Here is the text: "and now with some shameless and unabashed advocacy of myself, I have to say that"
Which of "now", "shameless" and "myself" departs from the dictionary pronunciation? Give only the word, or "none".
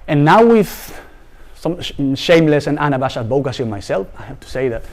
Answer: none